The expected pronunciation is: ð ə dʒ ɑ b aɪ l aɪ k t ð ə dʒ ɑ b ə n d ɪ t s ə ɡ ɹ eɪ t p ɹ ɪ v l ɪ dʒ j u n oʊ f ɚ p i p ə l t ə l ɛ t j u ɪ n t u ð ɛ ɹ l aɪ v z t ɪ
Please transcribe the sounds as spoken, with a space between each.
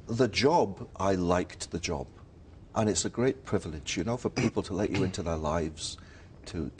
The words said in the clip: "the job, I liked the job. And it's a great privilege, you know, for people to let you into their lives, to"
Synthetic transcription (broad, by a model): ð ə dʒ ɑ b aɪ l aɪ k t ð ə dʒ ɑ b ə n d ɪ t s ə ɡ ɹ eɪ t p ɹ ɪ v l ɪ dʒ j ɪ n oʊ f ɚ p i p l t ə l ɛ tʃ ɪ ɪ n t u ð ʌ ɹ l aɪ v z t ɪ